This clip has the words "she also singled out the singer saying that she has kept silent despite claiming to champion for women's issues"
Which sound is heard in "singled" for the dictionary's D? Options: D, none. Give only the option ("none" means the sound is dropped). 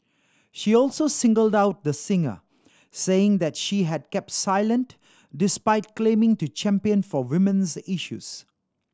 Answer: D